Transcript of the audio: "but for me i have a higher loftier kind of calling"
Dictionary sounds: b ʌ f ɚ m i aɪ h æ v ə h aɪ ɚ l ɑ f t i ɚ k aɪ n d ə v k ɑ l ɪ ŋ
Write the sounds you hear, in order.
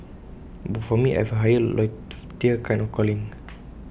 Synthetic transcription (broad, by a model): b ʌ f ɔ m i aɪ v ə h aɪ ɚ l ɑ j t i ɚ k aɪ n ə f k ɑ l ɪ ŋ